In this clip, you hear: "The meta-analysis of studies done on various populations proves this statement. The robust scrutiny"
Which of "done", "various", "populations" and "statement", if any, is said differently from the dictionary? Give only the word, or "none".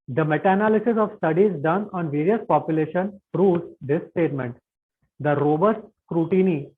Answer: populations